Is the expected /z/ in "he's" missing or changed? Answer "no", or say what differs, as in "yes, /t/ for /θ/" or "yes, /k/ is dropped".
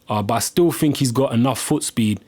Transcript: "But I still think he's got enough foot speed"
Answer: no